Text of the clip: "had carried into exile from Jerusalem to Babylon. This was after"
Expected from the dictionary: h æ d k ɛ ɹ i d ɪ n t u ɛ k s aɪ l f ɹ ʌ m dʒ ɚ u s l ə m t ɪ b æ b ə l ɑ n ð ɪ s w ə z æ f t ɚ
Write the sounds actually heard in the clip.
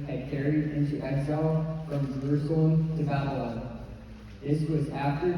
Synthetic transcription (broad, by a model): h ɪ d k ɛ ɹ i d ɪ n t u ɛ s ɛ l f ɹ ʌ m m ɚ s ə t ɪ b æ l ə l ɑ ð ɪ s w ə z æ f t ɚ